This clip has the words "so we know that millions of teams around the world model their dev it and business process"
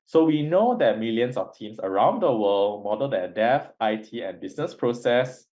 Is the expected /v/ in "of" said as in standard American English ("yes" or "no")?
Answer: no